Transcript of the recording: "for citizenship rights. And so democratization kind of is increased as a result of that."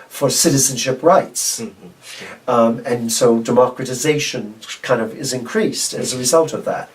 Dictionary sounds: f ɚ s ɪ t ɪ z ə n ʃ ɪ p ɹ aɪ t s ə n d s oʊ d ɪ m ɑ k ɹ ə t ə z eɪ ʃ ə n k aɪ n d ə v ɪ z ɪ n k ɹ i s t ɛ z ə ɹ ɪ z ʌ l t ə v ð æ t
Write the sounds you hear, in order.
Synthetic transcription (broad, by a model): f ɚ s ɪ t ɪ z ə n ʃ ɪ p ɹ aɪ t s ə n s oʊ d ɪ m ɑ k ɹ ə t ə z eɪ ʃ ə n k aɪ n d ə v ɪ z ɪ n k ɹ i s t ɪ z ə ɹ ɪ z ʌ l t ə v ð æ t